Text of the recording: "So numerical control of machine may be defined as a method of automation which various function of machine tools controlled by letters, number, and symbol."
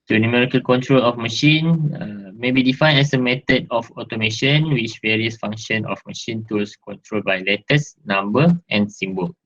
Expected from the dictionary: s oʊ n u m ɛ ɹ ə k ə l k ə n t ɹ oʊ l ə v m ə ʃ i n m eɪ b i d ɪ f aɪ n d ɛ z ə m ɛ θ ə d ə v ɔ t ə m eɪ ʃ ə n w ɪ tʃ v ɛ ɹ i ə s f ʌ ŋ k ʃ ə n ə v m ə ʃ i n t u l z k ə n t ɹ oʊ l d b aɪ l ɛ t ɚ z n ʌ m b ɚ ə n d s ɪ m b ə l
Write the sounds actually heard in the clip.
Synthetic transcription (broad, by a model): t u n u m ɛ ɹ ə k ə l k ə n t ɹ oʊ l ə f m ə ʃ i n m eɪ b i d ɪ f aɪ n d ɛ s ə m ɛ t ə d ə f ɔ t ə m eɪ ʃ ə n w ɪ tʃ v ɛ ɹ i ə s f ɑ ŋ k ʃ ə n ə f m ə ʃ i n t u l s k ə n t ɹ oʊ l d b aɪ l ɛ t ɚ s n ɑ m b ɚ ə n s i m b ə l